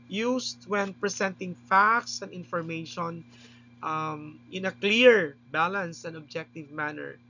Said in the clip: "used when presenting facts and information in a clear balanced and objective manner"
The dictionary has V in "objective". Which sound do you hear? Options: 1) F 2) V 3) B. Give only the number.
2